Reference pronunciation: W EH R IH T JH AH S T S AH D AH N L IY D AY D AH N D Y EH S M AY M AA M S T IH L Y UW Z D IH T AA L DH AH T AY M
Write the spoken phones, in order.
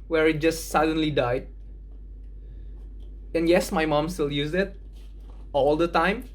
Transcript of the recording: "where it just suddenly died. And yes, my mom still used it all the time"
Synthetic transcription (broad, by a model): W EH R IH T JH AH S T S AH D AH N L IY D AY D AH N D Y EH S M AY M AA M S T IH L Y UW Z IH T AA L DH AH T AY M